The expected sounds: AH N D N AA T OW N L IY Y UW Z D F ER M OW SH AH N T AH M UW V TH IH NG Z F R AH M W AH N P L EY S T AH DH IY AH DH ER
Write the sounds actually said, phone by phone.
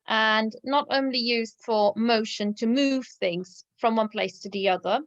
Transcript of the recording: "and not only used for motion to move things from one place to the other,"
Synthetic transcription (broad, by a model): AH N N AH T OW N L IY Y UW Z D F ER M OW SH AH N T AH M UW V TH IH NG Z F R AH M W AH N P L EY S T AH DH IY AH DH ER